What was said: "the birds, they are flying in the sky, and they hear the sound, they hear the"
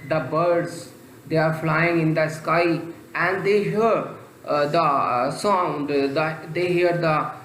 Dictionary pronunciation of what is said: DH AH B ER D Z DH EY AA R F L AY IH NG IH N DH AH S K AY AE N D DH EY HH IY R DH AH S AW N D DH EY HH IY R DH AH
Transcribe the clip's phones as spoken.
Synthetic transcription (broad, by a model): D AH B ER D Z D EY AA R F L AY IH NG IH N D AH S K AY AE N D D EY HH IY R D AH S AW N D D EY HH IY R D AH